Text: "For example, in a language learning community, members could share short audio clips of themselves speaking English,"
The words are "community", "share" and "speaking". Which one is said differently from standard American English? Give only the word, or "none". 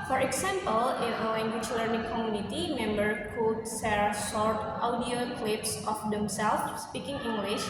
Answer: share